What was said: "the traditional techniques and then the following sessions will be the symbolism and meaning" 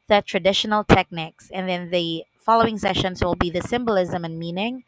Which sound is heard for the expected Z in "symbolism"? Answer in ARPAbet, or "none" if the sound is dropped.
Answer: Z